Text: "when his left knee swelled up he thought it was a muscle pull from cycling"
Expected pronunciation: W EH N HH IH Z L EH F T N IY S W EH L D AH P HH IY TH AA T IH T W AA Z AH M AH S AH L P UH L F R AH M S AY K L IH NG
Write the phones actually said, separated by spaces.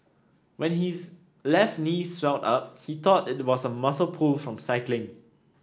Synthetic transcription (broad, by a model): W EH N HH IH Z L EH F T N IY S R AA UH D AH P HH IY T AA T IH T W AA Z AH M AH S AH L P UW L F R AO M S AY K L IH NG